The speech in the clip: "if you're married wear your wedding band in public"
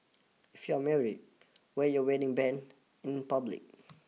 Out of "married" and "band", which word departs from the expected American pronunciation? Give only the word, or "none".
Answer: band